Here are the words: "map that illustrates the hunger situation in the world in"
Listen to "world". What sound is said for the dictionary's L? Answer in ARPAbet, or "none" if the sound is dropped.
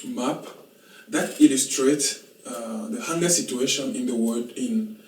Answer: none